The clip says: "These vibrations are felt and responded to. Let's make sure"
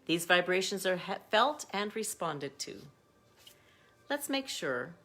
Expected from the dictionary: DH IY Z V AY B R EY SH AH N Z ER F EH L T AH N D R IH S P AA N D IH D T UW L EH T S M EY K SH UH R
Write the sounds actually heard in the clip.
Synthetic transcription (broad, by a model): DH IY Z V AY B R EY SH AH N Z ER F EH L T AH N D R IH S P AA N D IH D T UW L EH T S M EY K SH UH R